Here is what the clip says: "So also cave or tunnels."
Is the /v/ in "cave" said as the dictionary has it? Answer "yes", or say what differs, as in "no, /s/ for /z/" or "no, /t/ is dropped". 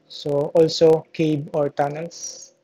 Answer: no, /b/ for /v/